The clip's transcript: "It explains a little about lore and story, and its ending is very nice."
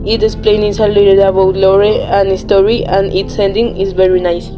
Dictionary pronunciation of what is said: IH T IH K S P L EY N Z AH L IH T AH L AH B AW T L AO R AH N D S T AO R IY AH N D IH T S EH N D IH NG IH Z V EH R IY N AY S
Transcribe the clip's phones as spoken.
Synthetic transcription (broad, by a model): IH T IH S P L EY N S AH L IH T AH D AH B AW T L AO R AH N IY S T AO R IY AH N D IH T S EH N D IH NG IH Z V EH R IY N AY S